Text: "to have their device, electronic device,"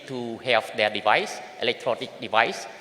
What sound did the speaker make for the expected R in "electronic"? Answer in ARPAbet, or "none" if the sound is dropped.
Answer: R